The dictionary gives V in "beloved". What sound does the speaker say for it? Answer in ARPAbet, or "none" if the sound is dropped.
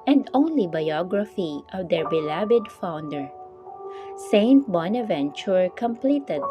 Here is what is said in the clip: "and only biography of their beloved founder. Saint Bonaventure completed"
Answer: B